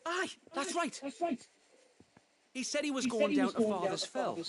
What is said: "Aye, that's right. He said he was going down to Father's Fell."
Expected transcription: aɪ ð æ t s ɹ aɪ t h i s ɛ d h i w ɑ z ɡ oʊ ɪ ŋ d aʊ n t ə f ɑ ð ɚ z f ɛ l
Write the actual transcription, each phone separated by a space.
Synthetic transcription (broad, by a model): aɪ ð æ t s ɹ aɪ t h i s ɛ d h i w ɑ z ɡ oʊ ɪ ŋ d aʊ n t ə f ɑ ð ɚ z f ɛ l